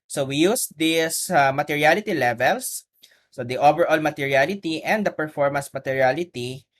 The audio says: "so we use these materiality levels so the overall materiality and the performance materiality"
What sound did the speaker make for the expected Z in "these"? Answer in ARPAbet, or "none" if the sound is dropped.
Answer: S